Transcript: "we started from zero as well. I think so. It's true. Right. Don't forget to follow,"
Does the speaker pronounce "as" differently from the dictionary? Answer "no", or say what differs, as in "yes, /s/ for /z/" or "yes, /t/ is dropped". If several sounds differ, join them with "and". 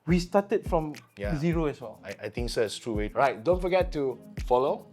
yes, /s/ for /z/